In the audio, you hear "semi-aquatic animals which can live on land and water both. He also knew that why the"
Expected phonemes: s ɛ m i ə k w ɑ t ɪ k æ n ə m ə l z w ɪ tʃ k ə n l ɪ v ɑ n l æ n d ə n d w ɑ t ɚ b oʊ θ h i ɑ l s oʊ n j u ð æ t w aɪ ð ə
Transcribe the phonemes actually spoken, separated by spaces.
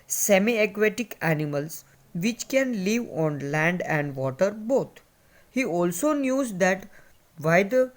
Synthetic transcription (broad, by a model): s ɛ m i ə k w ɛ t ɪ k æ n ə m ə l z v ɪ tʃ k ə n l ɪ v ɑ n l æ n d ə n d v ɑ t ɚ b oʊ t h i ɑ l s oʊ n j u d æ t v aɪ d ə